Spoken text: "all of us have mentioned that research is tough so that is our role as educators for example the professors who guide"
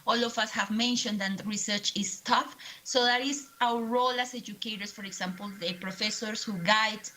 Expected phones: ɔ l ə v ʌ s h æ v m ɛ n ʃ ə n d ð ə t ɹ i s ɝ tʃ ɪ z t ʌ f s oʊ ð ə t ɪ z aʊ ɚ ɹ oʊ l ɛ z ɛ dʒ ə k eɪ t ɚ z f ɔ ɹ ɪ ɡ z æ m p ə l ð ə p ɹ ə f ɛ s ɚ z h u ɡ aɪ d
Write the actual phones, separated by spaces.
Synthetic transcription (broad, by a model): ɔ l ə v ʌ s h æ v m ɛ n ʃ ə n d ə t ɹ i s ɝ tʃ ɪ s t ʌ f s oʊ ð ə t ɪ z aʊ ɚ ɹ oʊ l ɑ s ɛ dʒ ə k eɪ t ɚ s f ɔ ɹ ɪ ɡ s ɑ m p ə l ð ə p ɹ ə f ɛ s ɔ s h u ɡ aɪ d